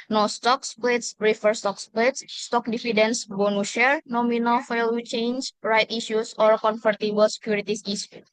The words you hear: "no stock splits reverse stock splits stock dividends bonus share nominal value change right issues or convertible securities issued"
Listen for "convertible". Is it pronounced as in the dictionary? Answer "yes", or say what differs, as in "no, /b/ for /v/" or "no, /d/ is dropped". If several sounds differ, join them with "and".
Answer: no, /f/ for /v/